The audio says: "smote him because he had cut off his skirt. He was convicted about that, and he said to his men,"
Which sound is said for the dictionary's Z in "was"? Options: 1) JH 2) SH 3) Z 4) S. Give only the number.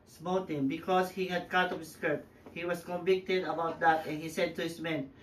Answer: 4